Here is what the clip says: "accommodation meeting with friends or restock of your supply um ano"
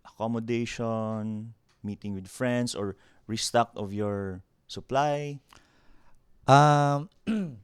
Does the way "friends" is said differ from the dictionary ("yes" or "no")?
yes